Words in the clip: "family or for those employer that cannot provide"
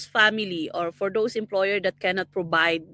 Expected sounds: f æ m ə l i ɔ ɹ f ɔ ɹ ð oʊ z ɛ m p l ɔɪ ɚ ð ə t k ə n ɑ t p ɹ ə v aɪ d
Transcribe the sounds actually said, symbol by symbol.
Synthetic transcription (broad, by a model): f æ m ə l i ɔ ɹ f ɔ ɹ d oʊ s ɛ m p l ɔɪ ɚ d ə t k ə n ɑ t p ɹ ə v aɪ d